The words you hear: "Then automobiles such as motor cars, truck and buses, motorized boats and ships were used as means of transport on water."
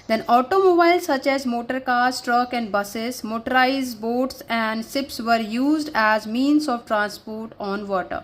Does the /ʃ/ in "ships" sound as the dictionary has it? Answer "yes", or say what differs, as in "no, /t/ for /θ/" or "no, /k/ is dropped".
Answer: no, /s/ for /ʃ/